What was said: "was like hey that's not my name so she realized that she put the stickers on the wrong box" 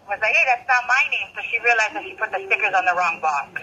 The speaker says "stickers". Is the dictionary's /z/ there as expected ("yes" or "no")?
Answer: yes